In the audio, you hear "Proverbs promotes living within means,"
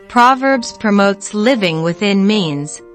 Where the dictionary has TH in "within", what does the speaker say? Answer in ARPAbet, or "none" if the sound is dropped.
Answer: TH